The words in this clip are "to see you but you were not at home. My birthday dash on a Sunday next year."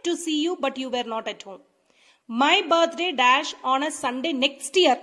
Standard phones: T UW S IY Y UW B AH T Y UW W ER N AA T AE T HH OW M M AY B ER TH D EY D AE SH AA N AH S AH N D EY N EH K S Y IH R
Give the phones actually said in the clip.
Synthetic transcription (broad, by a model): T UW S IY Y UW B AH T Y UW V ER N AA T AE T HH OW M M AY B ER T D EY D AE SH AA N AH S AH N D EY N EH K S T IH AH